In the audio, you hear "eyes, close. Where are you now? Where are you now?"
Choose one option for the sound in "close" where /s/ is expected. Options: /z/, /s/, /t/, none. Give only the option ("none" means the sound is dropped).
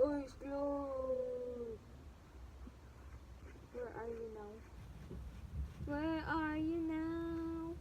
none